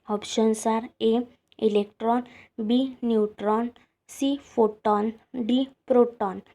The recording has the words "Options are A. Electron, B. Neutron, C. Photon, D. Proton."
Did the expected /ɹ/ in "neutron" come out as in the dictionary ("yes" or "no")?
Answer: yes